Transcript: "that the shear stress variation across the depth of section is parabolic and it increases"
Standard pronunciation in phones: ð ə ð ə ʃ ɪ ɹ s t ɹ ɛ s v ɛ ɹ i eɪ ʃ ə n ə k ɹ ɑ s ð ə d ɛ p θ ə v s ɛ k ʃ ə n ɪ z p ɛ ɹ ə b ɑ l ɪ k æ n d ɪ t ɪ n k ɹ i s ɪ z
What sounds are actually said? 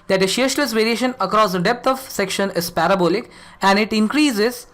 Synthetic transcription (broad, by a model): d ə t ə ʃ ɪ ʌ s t ɛ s v ɛ ɹ i eɪ ʃ ə n ə k ɹ ɑ s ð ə d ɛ p t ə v s ɛ k ʃ ə n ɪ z p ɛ ɹ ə b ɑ l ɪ k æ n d ɪ t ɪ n k ɹ i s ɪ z